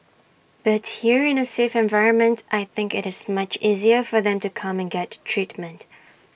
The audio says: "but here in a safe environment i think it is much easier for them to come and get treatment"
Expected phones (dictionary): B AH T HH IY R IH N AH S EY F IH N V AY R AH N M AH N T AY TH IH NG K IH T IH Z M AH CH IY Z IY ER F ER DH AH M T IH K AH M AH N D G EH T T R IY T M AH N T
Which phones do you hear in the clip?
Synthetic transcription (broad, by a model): B AH T HH IY R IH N AH S EY F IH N V AY R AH N M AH N T AY TH IH NG K IH T IH Z M AH CH IY Z IY ER F ER DH AH M T IH K AH M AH N G EH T T R IY T M AH N T